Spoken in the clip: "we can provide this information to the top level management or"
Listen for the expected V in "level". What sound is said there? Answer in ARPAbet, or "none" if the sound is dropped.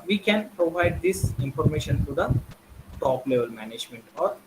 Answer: V